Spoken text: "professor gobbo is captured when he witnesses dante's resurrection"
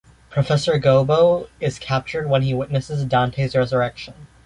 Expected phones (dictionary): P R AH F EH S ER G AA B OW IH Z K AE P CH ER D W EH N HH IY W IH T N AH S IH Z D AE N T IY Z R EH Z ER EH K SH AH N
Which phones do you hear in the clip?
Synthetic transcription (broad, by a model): P R AH F EH S ER G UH B OW IH Z K AE P CH ER D W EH N IY W IH T N AH S IH Z D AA N T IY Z R EH Z ER EH K SH AH N